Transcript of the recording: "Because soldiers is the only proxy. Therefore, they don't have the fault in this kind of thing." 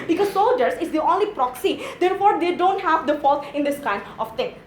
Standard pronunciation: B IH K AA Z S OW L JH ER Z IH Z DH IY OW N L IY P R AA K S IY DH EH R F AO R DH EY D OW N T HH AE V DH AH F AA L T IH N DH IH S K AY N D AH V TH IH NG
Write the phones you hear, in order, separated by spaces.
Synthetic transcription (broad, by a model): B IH K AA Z S OW L JH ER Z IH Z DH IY OW N L IY P R AA K S IY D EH R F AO R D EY D OW N T HH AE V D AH F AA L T IH N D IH S K AY N D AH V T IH NG